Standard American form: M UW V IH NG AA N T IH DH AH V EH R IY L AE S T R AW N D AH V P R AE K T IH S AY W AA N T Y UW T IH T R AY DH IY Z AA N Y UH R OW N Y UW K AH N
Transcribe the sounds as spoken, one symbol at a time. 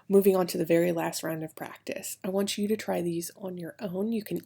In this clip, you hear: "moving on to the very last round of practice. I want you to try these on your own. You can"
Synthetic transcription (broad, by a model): M UW V IH NG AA N T IH DH AH V EH R IY L AE S T R AW N D AH V P R AE K T IH S AY W AA N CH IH T IH T R AY DH IY Z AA N Y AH R OW N Y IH K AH N